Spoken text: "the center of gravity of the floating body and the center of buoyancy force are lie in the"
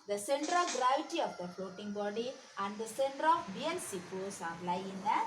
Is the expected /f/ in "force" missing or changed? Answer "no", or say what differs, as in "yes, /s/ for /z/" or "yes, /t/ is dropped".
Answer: yes, /p/ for /f/